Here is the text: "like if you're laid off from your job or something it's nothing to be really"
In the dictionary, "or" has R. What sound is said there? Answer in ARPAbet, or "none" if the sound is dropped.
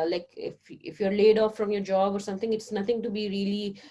R